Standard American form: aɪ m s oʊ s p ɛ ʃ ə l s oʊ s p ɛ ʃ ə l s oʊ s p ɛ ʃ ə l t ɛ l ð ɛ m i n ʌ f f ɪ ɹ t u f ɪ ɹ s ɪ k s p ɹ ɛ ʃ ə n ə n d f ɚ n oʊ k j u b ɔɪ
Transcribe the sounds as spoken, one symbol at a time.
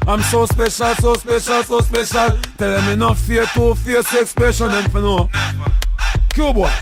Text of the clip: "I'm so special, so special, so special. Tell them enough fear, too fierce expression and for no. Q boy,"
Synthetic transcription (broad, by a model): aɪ m s oʊ s p ɛ ʃ ə l s oʊ s p ɛ ʃ ə l s oʊ s p ɛ ʃ ə l t ɛ l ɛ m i n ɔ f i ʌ t u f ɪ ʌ s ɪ k s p ɛ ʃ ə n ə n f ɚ n oʊ k j u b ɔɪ